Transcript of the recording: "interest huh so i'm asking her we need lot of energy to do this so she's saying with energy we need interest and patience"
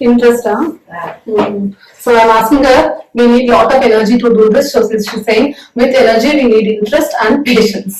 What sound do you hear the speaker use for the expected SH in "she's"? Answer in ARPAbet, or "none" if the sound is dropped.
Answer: S